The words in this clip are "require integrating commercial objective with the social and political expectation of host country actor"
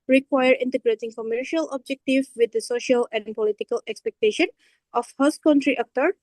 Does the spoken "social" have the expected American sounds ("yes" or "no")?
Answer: yes